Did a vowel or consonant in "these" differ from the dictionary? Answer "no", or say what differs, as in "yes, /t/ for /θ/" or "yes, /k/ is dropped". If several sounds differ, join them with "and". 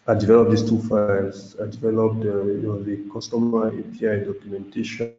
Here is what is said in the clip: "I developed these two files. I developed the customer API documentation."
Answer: yes, /s/ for /z/